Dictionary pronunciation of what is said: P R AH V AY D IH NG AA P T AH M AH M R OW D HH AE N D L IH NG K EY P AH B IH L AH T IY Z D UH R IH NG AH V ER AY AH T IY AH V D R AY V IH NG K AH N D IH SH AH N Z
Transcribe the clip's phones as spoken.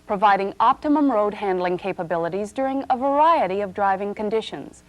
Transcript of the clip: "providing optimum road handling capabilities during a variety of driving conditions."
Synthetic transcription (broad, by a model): P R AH V AY D IH NG AA P T AH M AH M R OW D HH AE N D L IH NG K EY P AH B IH L AH T IY Z D UH R IH NG AH V ER AY AH T IY AH V D R AY V IH NG K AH N D IH SH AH N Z